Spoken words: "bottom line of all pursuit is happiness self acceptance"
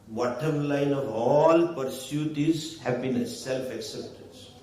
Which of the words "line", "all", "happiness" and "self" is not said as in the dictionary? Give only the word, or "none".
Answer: happiness